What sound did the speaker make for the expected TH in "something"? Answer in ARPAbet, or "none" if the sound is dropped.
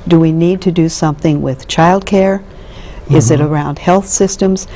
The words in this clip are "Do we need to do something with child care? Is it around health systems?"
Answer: TH